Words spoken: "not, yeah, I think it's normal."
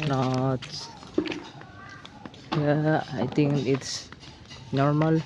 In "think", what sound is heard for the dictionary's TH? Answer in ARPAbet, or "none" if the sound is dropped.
T